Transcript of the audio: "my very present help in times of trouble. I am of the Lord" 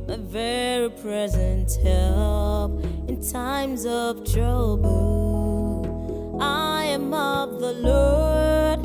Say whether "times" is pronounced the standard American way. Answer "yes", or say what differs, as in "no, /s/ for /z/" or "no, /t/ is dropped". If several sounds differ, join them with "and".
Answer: yes